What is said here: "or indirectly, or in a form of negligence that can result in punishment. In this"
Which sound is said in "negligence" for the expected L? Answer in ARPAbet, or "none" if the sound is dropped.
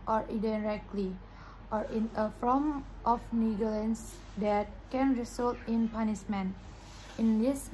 none